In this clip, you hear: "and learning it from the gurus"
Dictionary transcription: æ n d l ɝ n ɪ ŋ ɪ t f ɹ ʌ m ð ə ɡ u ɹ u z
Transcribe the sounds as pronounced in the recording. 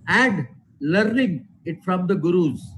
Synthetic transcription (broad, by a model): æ d l ɝ n ɪ ŋ ɪ t f ɹ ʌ m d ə ɡ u ɹ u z